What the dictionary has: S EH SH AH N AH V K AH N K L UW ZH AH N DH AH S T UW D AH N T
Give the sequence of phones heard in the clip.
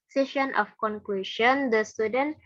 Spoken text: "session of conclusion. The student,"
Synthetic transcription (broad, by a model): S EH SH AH N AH F K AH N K W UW SH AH N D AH S T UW D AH N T